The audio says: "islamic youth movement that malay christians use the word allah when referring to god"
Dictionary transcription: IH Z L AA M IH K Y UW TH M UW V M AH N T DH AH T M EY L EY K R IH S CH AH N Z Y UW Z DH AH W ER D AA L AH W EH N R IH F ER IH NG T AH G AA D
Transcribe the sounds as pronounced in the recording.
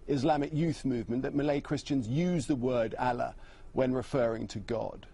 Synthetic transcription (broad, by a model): IH Z L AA M IH K Y UW TH M UW V M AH N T DH AH T M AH L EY K R IH S CH AH N Z Y UW Z DH AH W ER D AA L AH W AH N R IH F ER IH NG T AH G AA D